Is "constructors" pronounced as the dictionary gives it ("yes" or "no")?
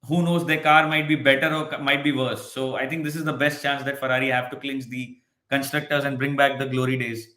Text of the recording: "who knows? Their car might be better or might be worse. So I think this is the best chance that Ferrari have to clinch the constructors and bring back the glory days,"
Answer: yes